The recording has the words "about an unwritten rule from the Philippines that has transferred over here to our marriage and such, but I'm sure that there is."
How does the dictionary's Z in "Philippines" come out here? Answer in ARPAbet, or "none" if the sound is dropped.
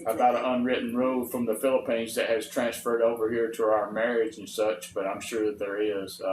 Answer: Z